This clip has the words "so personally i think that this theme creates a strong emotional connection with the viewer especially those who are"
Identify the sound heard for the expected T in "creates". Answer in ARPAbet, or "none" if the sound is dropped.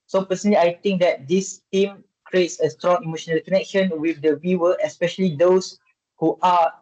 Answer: T